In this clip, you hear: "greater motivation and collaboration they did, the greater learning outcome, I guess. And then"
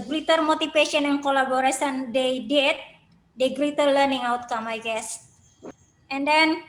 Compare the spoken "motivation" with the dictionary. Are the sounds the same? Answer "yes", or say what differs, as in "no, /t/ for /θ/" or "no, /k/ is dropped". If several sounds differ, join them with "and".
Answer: no, /f/ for /v/